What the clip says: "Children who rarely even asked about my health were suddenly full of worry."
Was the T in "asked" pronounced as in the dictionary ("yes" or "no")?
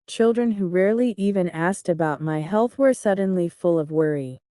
yes